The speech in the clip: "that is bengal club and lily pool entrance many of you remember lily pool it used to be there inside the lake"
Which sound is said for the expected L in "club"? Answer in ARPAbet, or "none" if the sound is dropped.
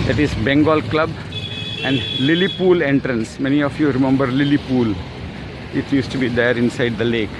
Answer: L